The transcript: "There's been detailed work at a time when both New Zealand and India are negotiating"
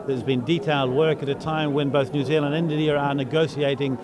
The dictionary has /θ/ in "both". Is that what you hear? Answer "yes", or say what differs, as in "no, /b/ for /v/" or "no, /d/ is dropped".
yes